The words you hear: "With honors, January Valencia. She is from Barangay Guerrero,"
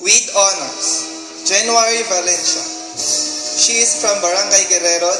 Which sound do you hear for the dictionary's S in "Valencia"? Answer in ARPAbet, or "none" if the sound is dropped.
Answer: SH